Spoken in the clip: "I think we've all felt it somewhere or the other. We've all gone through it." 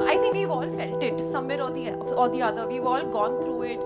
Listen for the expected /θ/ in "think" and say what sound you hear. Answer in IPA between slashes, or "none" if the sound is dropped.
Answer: /t/